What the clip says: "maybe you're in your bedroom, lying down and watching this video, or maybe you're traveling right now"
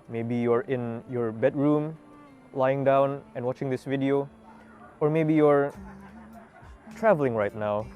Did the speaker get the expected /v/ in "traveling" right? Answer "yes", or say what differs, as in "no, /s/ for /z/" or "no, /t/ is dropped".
yes